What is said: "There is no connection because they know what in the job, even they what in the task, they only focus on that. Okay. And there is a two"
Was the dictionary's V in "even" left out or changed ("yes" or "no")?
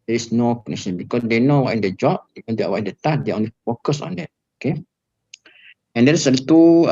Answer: yes